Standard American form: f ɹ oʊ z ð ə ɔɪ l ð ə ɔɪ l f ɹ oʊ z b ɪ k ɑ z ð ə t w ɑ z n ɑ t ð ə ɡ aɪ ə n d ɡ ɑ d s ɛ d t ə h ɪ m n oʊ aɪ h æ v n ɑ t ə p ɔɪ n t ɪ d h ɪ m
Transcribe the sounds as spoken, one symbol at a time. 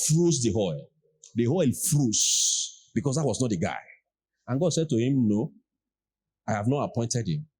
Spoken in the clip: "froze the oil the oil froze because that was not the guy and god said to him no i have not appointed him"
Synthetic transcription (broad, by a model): f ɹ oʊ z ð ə ɔɪ l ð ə ɔɪ l f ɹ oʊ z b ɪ k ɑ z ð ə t w ɑ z n ɑ t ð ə ɡ aɪ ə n ɡ ɑ d s ɛ d t ə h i m n oʊ aɪ h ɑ v n ɑ t ə p ɔɪ n t ɪ d h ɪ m